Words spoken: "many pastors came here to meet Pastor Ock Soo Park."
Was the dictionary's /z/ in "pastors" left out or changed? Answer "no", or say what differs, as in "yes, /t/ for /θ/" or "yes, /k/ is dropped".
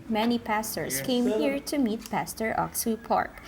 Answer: yes, /s/ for /z/